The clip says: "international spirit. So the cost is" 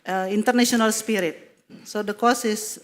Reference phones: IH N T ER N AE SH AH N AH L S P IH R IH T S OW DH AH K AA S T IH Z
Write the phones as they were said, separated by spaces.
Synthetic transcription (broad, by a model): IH N T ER N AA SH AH N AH L S P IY R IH T S OW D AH K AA S IH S